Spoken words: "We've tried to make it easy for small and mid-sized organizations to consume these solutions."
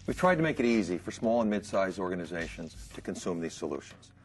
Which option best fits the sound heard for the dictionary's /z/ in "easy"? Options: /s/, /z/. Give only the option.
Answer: /z/